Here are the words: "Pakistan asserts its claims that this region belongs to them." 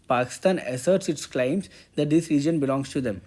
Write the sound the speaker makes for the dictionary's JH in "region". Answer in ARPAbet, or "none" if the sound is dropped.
JH